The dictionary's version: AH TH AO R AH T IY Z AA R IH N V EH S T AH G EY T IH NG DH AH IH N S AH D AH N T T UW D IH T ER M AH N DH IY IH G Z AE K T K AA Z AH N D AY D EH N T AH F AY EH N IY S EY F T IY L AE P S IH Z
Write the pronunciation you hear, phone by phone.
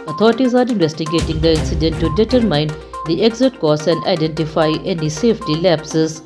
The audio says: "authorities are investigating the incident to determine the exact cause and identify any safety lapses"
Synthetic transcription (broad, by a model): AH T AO R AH T IY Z AA R IH N V EH S T AH G EY T IH NG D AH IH N S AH D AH N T T UW D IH T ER M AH N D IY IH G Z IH T K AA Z AH N D AY D EH N T AH F AY EH N IY S EY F T IY L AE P S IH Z